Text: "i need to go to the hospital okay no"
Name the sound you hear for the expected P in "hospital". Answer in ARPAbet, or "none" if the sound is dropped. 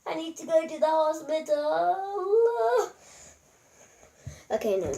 B